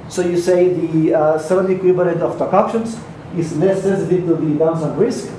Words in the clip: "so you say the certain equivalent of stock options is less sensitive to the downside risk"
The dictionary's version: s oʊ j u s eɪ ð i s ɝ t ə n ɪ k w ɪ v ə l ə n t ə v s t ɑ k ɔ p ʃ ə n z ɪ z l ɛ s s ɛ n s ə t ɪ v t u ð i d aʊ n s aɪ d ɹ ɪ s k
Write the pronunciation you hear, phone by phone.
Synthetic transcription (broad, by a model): s oʊ j u s eɪ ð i s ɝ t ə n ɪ k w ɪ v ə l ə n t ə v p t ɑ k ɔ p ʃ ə n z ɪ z n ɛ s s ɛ s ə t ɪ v t u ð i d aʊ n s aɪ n ɹ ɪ s k